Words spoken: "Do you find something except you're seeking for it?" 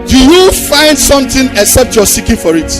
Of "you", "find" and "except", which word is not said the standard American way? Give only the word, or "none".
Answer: none